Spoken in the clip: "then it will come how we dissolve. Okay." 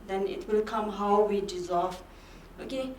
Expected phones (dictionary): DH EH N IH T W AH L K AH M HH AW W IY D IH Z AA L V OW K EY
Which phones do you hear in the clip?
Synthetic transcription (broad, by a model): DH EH N IH T W AH L K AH M HH AW W IY D IH Z AA L V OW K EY